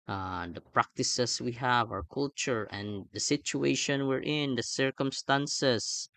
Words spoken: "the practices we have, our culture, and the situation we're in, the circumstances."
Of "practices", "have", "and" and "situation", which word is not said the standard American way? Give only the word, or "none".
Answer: practices